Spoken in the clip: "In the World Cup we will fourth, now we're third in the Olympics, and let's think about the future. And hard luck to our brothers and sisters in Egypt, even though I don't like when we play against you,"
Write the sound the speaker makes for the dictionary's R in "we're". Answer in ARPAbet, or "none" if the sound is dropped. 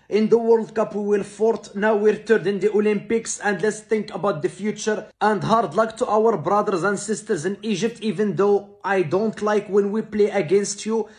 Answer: R